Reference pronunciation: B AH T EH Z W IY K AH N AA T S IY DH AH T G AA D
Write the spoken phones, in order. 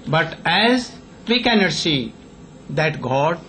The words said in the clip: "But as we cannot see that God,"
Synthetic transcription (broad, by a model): B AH T EH Z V IY K AH N AA T S IY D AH T G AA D